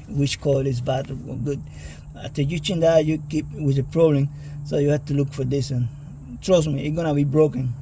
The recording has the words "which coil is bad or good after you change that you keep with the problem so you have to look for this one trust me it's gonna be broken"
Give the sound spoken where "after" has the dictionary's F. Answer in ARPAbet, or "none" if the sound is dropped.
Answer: none